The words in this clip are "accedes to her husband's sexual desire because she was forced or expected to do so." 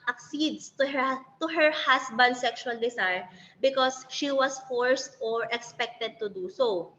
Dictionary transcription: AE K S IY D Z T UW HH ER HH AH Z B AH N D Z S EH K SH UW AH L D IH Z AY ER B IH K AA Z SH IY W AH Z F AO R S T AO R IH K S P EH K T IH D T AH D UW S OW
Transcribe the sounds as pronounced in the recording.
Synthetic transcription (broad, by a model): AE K S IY D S T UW HH ER HH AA S B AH N D S EH K SH UW AH L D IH S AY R B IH K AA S SH IY W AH S F AO R S T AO R IH K S P EH K T IH D T AH D UW S OW